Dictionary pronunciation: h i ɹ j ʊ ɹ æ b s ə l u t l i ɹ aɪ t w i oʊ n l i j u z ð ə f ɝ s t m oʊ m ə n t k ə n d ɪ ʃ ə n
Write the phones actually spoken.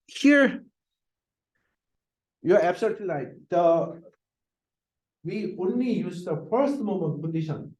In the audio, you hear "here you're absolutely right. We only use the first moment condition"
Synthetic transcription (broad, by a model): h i ɹ j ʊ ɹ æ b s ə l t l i l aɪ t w i oʊ n l i j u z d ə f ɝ s t m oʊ m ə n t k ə n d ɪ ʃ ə n